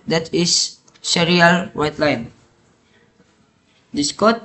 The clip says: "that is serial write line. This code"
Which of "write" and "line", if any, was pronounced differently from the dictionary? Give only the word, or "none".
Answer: write